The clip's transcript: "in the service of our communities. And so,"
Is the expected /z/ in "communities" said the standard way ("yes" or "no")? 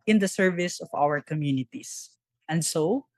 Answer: no